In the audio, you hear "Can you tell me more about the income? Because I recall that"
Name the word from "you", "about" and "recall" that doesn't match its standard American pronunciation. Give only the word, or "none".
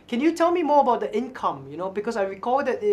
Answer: none